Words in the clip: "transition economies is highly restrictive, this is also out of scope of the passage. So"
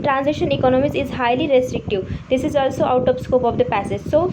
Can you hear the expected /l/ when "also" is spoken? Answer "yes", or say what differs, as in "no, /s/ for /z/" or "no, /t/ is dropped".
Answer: yes